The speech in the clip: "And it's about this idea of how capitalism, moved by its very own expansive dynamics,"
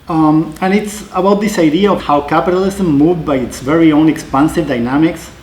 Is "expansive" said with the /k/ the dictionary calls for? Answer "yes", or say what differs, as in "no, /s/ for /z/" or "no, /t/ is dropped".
yes